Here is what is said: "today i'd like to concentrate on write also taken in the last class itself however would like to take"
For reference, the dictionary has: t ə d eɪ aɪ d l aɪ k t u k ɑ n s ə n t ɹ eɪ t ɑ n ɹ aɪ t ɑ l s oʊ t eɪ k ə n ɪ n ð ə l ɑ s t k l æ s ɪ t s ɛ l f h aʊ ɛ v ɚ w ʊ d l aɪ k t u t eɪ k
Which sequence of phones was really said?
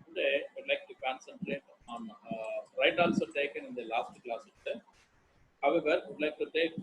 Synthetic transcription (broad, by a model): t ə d eɪ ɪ d l aɪ k t u k ɑ n s ə n t ɹ eɪ t ɑ n ɹ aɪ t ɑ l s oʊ t eɪ k ə n ɪ n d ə l ɑ s t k l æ s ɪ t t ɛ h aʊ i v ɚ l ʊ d l aɪ k t u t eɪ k